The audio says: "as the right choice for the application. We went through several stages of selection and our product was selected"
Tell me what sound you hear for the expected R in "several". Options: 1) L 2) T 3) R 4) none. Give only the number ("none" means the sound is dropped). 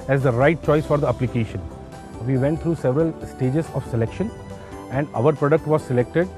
3